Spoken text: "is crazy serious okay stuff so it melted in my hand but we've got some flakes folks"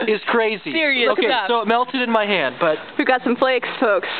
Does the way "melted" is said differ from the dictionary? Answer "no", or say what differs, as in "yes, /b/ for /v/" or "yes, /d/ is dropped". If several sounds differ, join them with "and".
no